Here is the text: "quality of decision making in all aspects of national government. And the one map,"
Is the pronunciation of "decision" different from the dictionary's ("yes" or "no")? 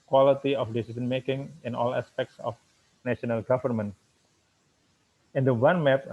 yes